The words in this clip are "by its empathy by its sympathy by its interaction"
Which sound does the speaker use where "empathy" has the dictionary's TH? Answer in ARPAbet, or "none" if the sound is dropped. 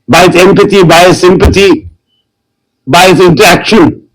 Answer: T